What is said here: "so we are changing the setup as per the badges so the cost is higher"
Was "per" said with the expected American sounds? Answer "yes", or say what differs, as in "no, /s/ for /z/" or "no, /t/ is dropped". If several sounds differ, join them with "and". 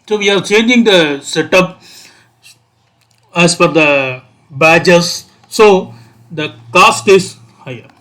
no, /f/ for /p/